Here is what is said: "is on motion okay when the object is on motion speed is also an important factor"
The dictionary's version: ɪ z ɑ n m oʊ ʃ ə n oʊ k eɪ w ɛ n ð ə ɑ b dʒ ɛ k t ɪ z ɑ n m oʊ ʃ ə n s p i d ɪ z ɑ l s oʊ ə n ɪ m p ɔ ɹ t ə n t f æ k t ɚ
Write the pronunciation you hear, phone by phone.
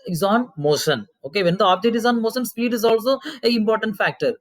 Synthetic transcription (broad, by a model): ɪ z ɑ n m oʊ ʃ ə n oʊ k eɪ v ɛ n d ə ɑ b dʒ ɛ t ɪ z ɑ n m oʊ ʃ ə n s p i d ɪ z ɑ l s oʊ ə ɪ m p ɔ ɹ t ə n t f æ k t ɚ